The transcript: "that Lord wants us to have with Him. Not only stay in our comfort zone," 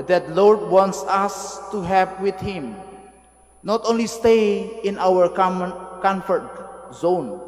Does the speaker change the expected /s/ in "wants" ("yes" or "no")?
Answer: no